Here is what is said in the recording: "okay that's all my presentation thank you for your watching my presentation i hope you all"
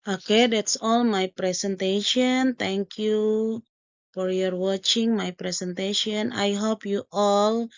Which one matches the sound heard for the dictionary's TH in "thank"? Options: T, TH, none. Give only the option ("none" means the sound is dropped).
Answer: T